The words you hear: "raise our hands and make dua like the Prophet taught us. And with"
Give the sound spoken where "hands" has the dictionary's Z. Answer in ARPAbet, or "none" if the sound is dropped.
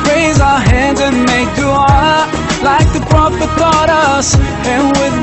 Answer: Z